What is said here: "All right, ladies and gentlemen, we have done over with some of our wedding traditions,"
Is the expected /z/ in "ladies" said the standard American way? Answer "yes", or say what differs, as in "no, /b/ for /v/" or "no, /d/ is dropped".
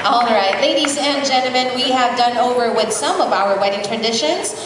yes